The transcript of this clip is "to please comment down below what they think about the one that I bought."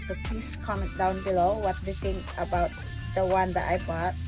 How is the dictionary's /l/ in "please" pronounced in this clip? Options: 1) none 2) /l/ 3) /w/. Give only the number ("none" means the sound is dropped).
1